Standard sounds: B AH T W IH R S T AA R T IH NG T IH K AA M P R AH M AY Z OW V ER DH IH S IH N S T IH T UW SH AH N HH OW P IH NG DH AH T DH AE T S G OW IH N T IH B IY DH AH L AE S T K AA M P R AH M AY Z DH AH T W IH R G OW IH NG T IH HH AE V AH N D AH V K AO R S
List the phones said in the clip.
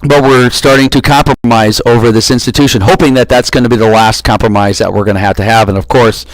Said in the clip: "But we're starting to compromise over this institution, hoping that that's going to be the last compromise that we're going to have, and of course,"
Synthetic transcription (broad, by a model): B AH T W IH R S T AA R T IH NG T IH K AA M P R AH M AY Z OW V ER DH IH S IH N S T IH T UW SH AH N HH OW P IH NG DH AH T DH AE T S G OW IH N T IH B IY DH AH L AE S T K AA M P R AH M AY Z DH AH T W IH R G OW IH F T IH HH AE V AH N AH V K AO R S